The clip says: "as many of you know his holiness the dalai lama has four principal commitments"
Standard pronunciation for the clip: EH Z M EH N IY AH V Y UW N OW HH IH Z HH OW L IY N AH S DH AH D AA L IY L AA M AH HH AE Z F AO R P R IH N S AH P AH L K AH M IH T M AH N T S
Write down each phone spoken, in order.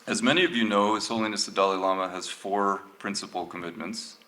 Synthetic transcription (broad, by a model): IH Z M EH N IY AH V Y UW N OW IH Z HH OW L IY N AH S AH D AA L IY L AA M AH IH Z F AO R P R IH N S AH P L K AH M IH T M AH N T S